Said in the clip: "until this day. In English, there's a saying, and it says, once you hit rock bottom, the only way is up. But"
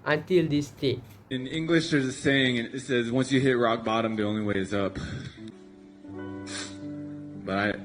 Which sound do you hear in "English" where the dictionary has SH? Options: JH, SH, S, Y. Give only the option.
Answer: SH